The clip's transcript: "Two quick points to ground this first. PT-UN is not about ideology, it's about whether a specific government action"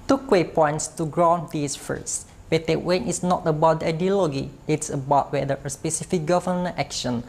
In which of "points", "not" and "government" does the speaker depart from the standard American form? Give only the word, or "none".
government